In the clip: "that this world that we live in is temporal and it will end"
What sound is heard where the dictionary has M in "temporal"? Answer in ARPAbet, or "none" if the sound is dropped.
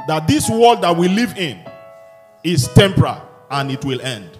M